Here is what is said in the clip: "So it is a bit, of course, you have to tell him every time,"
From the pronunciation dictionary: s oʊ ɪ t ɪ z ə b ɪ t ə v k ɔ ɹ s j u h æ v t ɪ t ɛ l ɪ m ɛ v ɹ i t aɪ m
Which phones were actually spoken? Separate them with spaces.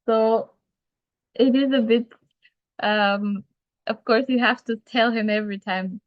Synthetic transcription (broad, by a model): s oʊ ɪ t ɪ z ə b ɪ t ə v k ɔ ɹ s j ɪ h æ f t ɪ t ɛ l ɪ m ɛ v ɹ i t aɪ m